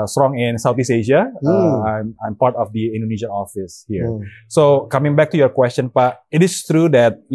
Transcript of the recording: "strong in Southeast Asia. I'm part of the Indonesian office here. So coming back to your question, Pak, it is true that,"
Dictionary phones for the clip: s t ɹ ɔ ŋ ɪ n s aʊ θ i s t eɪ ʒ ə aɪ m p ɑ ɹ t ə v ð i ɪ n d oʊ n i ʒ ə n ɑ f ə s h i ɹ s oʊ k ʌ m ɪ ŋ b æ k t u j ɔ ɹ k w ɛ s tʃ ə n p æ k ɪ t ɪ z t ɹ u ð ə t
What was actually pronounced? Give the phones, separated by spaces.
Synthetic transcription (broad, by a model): s t ɹ ɔ ŋ ɪ n s aʊ t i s eɪ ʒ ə aɪ m p ɑ ɹ t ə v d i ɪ n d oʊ n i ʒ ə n ɑ f ə s h i ɹ s oʊ k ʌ m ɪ ŋ b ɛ k t u j ɔ ɹ k w ɛ s tʃ ə n p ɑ ɪ t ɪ s t ɹ u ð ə t